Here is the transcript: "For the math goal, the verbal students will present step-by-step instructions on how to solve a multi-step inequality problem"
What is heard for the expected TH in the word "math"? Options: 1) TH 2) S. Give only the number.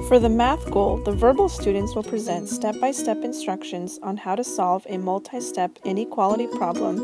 1